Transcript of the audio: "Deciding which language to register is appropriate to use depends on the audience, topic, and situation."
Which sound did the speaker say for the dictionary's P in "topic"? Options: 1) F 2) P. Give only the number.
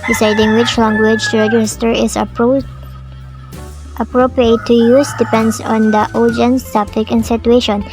1